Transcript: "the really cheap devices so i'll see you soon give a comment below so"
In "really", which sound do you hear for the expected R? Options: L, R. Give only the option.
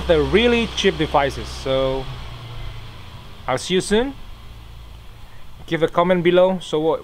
R